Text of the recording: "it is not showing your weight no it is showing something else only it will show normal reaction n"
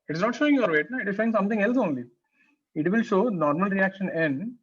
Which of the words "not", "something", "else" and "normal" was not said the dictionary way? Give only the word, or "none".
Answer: something